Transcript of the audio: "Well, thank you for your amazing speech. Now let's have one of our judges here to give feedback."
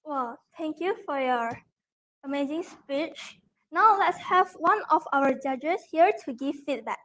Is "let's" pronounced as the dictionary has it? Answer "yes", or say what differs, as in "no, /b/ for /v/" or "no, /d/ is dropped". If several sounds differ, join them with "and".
yes